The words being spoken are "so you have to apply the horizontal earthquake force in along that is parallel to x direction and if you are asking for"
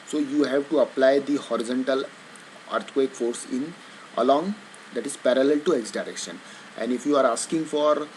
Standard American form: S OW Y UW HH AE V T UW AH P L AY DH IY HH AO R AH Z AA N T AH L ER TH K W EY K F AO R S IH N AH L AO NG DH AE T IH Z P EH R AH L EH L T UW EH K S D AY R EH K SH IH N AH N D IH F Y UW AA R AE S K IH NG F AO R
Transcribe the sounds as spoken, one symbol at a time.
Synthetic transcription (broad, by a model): S OW Y UW HH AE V T UW AH P L AY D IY HH AO R AH Z AA N T AH L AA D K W EY K F AO R S IH N AH L AO NG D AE T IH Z P EH R AH L EH L T UW EH K S D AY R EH K SH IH N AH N D IH F Y UW AA R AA S K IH NG F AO R